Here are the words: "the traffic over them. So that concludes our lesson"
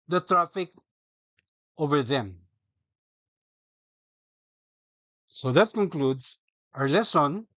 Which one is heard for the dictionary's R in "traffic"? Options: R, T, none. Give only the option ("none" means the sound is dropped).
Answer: R